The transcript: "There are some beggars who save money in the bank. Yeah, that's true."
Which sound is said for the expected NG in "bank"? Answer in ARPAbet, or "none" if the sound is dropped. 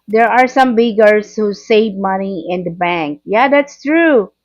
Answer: NG